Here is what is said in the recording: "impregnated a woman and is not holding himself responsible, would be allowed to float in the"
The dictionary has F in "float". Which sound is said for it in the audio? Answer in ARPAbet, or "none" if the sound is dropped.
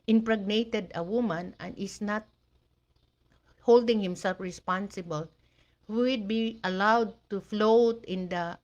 F